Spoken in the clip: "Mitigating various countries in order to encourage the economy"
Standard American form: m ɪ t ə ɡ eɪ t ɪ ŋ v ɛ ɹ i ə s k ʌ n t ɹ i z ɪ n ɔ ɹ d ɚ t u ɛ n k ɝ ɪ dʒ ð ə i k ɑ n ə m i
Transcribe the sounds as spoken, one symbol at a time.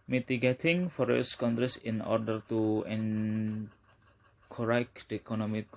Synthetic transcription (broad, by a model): m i t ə ɡ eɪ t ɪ ŋ f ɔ ɹ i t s k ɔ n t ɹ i s ɪ n ɔ ɹ d ɚ t u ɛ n k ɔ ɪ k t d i k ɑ n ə m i